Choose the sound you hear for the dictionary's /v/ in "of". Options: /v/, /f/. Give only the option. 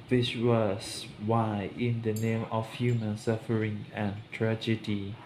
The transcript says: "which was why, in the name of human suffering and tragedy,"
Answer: /f/